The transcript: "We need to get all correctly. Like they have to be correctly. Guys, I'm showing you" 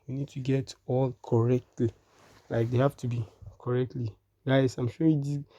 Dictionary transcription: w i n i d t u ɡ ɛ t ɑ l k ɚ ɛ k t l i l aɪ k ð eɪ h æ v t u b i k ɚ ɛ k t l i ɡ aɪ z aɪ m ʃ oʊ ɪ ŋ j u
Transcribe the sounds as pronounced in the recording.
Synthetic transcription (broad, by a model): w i n i d t u ɡ ɛ t ɑ l k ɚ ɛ k t l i l aɪ k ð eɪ h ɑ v t u b i k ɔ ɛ k t l i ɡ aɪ s aɪ m ʃ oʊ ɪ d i